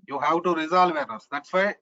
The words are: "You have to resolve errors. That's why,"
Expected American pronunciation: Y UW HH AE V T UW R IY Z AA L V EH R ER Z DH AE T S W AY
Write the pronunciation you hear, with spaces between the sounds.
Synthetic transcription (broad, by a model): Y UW HH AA W T UW R IY Z AA L V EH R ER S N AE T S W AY